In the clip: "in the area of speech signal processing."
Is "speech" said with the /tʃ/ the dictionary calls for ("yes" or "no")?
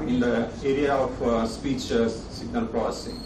yes